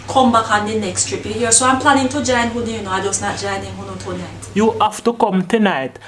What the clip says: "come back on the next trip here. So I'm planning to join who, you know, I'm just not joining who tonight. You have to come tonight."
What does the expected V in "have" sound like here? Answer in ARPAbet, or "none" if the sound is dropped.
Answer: F